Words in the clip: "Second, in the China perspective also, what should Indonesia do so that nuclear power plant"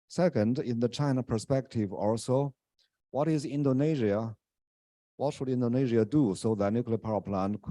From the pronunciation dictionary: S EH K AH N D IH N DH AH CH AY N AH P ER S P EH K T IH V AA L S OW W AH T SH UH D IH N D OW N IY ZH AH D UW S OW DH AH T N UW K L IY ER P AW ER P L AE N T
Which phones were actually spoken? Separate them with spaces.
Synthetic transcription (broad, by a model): S EH K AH N D IH N DH AH CH AY N AH P ER S P EH K T IH V AA L S OW W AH T SH UH D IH N D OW N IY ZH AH D UW S OW DH AH T N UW K L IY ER P AW ER P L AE N